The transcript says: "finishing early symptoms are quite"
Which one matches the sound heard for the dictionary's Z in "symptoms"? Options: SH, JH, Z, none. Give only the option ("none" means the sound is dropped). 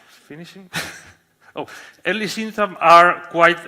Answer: none